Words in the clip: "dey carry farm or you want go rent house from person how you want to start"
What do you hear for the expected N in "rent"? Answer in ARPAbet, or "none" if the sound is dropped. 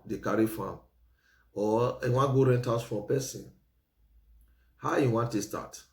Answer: N